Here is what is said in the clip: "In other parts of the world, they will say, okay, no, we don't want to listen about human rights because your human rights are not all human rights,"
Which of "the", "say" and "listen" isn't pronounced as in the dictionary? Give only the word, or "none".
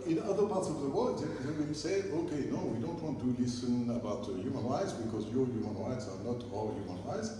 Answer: none